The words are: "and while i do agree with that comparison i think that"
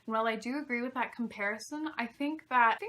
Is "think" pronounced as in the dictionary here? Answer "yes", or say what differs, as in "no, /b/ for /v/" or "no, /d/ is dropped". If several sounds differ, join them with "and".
yes